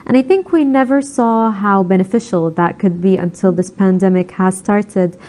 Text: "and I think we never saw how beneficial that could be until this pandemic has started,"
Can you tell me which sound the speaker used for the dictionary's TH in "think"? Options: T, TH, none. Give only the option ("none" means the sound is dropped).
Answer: TH